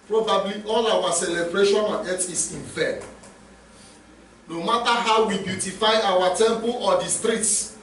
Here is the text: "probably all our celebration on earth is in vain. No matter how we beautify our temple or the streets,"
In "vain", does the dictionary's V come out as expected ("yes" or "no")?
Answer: no